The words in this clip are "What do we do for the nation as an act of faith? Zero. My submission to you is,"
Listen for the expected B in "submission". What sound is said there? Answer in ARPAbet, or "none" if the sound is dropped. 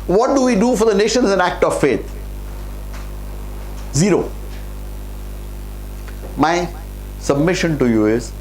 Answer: B